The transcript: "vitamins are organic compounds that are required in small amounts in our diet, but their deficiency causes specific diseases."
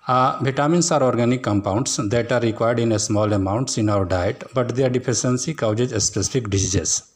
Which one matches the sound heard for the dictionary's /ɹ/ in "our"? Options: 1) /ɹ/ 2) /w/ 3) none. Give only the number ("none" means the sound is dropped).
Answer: 2